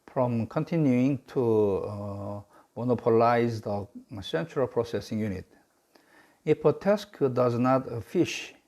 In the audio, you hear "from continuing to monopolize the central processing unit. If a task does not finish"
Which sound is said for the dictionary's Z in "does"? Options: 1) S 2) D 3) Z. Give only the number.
3